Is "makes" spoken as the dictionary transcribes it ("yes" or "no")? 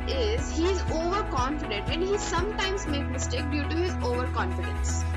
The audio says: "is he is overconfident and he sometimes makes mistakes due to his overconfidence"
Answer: no